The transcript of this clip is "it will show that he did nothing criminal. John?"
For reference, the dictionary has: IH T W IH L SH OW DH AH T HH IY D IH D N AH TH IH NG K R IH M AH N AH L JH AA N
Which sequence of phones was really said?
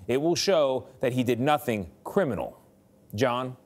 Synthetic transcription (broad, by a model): IH T W IH L SH OW DH AH T HH IY D IH D N AH TH IH NG K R IH M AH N L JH AA N